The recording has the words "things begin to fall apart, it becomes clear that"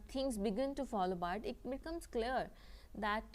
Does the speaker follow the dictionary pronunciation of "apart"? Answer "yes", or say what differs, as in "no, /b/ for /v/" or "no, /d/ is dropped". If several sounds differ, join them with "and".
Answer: no, /b/ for /p/